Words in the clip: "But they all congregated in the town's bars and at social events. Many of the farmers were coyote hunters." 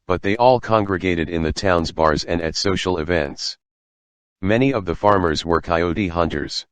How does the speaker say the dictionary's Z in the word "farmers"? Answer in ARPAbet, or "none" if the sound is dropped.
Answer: Z